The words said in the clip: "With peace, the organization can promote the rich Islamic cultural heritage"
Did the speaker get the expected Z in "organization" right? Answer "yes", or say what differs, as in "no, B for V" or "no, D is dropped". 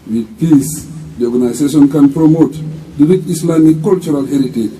no, S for Z